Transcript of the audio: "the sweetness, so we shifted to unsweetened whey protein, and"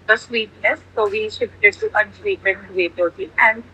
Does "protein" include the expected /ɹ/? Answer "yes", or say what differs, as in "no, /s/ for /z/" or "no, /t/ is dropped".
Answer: no, /ɹ/ is dropped